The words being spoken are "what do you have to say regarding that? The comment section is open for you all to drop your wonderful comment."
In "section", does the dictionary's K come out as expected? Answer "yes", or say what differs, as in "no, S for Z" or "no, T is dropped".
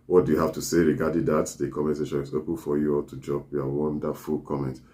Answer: no, K is dropped